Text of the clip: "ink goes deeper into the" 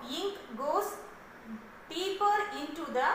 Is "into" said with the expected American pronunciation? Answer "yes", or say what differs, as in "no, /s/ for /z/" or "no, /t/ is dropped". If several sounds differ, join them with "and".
yes